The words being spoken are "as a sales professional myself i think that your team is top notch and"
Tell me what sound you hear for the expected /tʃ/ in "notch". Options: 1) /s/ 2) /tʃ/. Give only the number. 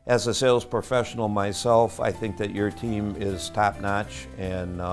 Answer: 2